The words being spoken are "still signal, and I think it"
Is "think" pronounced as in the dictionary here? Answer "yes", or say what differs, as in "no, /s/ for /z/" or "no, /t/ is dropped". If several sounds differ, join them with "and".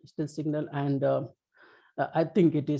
no, /t/ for /θ/